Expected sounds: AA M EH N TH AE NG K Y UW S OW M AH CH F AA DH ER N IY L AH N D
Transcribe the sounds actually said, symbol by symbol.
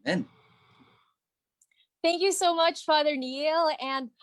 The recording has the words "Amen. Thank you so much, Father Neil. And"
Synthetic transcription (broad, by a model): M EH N TH AE NG K Y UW S OW M AH CH F AA DH ER N IY L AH N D